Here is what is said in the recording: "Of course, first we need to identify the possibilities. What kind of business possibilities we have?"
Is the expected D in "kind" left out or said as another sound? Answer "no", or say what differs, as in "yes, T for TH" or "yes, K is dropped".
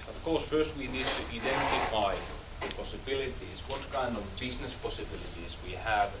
no